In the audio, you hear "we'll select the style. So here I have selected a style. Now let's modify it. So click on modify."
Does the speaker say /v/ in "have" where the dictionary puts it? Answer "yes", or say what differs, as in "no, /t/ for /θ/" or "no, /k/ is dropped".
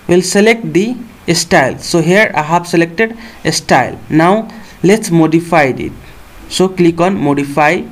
no, /b/ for /v/